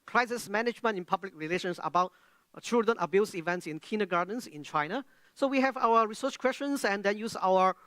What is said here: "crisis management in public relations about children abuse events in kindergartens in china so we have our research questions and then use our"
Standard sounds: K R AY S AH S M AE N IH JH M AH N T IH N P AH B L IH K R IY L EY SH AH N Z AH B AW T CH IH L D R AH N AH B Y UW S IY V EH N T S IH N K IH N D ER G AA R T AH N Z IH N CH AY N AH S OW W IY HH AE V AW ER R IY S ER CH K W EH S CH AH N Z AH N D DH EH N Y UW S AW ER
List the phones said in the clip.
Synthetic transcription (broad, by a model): K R AY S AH S M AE N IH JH M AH N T IH N P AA B L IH K R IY L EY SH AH N S AH B AW T CH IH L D R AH N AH B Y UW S IY V EH N T S IH N K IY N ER G AA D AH N S IH N CH AY N AH S OW W IY HH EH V AW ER R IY S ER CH K W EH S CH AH N S AH N D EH N Y UW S AW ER